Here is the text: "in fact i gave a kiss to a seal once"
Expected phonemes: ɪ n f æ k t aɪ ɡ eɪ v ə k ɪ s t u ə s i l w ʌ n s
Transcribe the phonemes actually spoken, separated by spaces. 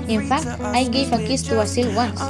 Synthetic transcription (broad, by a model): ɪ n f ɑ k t aɪ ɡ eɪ f ə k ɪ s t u ə s i l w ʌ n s